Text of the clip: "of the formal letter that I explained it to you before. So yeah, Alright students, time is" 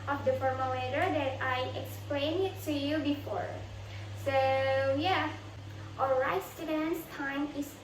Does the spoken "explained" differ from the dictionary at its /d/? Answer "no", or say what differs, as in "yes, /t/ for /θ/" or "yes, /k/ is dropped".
yes, /d/ is dropped